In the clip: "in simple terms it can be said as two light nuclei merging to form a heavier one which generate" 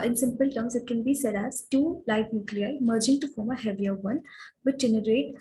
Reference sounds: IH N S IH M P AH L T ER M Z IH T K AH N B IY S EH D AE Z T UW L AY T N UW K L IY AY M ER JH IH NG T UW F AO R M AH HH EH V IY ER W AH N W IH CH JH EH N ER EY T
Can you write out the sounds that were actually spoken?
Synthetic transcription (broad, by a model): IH N S IH M P AH L T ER M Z IH T K AH N B IY S EH D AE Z T UW L AY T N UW K L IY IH M ER JH IH NG T UW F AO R M AH HH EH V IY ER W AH N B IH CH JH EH N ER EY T